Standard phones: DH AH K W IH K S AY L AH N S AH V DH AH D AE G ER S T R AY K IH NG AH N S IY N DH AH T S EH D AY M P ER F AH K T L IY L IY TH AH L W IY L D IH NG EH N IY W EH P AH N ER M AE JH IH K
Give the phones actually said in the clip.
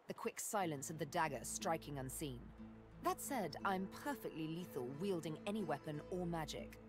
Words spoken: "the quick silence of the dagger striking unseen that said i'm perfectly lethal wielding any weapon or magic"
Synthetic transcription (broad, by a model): DH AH K W IH K S AY L AH N S AH V DH AH D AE G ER S T R AY K IH NG AH N S IY N DH AH T S EH D AY M P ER F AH K T L IY L IY TH AH L W IY L D IH NG EH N IY W EH P AH N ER M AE JH IH K